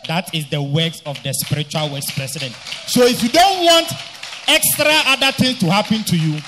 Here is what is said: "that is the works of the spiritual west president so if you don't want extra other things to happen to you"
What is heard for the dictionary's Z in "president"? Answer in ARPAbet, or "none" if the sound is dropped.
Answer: S